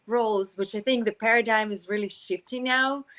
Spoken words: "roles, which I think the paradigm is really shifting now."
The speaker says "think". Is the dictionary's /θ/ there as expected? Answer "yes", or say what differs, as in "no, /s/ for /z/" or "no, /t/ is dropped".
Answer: yes